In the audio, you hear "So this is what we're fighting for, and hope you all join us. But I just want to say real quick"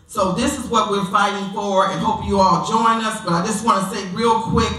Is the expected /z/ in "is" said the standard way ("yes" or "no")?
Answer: yes